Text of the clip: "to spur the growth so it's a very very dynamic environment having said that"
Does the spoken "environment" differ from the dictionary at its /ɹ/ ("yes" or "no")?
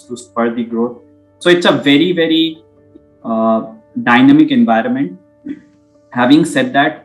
no